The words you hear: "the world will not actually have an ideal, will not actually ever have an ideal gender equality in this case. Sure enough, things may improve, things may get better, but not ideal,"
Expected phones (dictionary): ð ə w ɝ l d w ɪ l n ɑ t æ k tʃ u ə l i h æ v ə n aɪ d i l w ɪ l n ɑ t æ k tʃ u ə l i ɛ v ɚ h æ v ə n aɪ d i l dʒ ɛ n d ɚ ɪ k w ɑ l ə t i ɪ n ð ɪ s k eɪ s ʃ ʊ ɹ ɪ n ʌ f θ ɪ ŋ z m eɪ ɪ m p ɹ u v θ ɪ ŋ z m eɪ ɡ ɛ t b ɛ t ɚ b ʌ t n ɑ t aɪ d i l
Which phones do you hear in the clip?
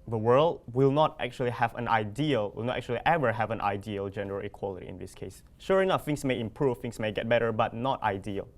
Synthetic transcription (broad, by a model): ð ə w ɝ l d w ɪ l n ɑ t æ k tʃ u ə l i h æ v ə n aɪ d i l w ɪ l n ɑ t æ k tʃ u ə l i ɛ v ɚ h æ v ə n aɪ d i l dʒ ɛ n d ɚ ɪ k w ɑ l ə t i ɪ n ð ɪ s k eɪ s ʃ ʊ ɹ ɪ n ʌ f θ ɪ ŋ s m eɪ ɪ m p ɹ u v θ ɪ ŋ s m eɪ ɡ ɛ t b ɛ t ɚ b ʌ t n ɑ t aɪ d i l